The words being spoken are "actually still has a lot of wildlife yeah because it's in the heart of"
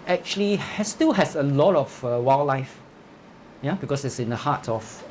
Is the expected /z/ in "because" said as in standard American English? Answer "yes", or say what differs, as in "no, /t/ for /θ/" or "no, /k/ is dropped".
no, /s/ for /z/